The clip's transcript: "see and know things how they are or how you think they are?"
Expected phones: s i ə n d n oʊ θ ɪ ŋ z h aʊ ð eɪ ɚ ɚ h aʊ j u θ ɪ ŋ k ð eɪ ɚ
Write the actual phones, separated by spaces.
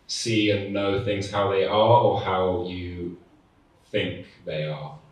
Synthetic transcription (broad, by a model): s i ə n n oʊ θ ɪ ŋ z h aʊ ð eɪ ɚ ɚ h aʊ j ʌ θ ɪ ŋ k ð eɪ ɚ